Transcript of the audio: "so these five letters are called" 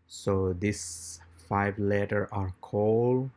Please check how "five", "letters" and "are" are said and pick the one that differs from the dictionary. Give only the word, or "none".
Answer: letters